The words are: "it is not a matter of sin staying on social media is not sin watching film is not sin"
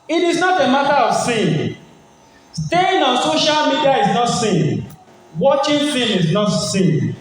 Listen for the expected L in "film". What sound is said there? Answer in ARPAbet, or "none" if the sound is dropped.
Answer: none